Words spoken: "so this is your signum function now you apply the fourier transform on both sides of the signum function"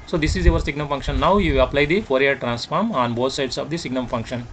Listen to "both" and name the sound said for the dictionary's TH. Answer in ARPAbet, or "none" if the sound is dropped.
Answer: T